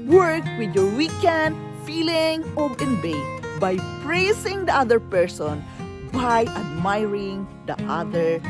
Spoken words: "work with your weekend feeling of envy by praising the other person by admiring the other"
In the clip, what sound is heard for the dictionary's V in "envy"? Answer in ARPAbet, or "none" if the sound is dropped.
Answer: B